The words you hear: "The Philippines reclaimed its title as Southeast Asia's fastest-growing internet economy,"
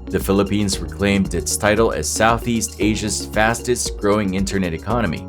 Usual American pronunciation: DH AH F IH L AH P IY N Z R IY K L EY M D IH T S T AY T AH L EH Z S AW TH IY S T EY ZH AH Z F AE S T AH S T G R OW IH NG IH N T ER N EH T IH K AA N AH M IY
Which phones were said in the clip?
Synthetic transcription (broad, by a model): DH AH F IH L AH P IY N Z R IY K L EY M D IH T S T AY T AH L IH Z S AW TH IY S T EY ZH AH Z F AE S T AH S T G R OW IH NG IH N T ER N EH T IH K AA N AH M IY